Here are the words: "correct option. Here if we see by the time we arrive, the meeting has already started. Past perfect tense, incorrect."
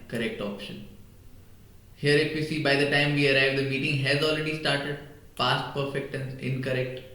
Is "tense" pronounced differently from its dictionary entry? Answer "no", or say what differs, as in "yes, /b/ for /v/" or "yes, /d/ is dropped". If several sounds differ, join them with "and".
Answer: yes, /s/ is dropped